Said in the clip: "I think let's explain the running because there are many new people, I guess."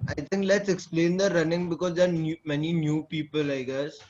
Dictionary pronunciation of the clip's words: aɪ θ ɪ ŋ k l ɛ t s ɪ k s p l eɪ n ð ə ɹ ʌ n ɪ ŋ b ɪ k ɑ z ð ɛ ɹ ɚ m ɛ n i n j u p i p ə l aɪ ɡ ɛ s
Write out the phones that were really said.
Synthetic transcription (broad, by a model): aɪ t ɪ ŋ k l ɛ t s ɪ k s p l eɪ n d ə ɹ ʌ n ɪ ŋ b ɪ k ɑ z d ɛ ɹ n m ɛ n i n j u p i p ə l aɪ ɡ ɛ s